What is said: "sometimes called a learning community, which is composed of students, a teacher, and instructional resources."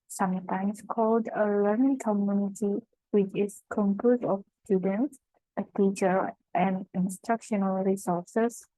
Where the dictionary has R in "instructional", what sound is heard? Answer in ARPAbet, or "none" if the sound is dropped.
R